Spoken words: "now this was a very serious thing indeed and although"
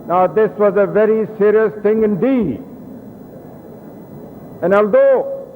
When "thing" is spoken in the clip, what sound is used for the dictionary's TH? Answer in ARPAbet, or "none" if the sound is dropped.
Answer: T